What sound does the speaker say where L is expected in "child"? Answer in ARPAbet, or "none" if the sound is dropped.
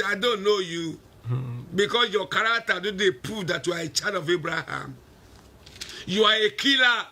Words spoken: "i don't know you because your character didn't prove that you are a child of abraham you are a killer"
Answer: none